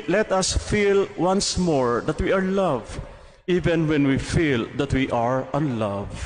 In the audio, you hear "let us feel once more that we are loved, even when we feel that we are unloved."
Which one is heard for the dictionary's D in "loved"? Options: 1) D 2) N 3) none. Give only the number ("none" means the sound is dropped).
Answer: 3